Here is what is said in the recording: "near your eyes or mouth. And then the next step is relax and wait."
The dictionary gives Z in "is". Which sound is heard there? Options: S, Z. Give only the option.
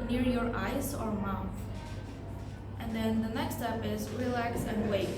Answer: Z